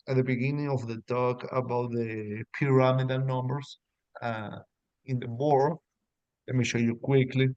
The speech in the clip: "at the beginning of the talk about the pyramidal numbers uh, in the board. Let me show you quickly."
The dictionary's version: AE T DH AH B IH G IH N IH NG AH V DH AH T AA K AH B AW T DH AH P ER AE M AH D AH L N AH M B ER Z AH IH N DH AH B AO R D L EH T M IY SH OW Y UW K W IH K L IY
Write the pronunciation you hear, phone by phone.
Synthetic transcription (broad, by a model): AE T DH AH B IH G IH N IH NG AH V DH AH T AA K AH B AW T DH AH P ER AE M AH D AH N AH M B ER S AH IH N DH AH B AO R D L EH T M IY SH OW Y UW K W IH K L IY